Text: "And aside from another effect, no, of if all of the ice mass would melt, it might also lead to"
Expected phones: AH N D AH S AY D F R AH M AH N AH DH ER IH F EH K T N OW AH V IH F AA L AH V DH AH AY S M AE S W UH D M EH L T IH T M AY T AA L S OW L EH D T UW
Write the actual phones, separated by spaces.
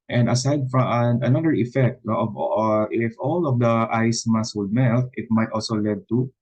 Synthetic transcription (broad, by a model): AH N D AH S AY D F R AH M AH N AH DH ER IH F EH K T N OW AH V IH F AA L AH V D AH AY S M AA S W UH D M EH L T IH T M AY T AA L S OW L EH D T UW